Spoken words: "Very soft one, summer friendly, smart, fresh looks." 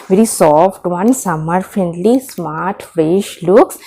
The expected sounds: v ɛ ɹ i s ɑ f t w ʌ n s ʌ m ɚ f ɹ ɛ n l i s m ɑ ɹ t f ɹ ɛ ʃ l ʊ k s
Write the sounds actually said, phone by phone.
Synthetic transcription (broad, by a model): v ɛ ɹ i s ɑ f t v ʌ n s ʌ m ɚ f ɛ n l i s m ɑ ɹ t f ɹ ɛ ʃ l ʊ k s